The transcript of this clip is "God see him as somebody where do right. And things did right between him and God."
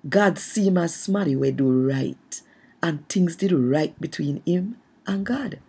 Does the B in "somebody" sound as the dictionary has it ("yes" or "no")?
no